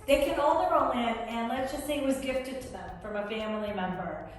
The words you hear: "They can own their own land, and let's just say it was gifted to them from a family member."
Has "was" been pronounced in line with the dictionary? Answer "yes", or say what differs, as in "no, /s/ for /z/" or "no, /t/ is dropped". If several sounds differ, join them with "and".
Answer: yes